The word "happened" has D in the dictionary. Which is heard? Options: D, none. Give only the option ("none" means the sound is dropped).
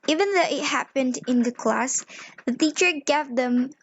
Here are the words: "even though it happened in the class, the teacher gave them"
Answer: D